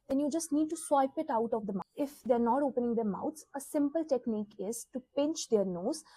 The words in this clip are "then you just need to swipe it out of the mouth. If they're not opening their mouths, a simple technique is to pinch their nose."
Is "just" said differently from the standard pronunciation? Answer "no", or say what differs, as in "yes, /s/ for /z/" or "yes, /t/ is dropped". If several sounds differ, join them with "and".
no